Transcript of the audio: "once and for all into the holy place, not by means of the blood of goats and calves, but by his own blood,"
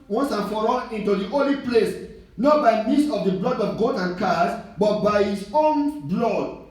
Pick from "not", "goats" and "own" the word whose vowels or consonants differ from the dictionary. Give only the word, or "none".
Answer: goats